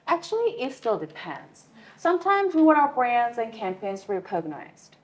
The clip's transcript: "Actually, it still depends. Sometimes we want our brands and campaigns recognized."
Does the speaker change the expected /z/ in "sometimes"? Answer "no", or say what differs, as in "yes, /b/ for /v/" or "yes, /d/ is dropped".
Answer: no